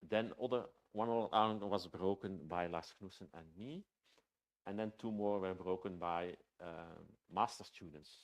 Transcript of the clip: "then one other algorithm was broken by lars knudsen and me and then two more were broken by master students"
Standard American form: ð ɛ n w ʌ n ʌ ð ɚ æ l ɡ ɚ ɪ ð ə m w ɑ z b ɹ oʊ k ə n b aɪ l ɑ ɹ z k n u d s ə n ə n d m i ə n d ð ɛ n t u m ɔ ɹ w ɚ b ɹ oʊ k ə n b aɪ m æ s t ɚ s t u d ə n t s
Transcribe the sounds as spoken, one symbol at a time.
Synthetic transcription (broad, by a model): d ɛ n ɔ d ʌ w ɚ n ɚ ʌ ə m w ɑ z b ɹ oʊ k ə n b aɪ l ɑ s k n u s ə n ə n m i ə n d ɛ n t u m ɔ ɹ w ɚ b ɹ oʊ k ə n b aɪ m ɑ s t ɚ s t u d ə n t s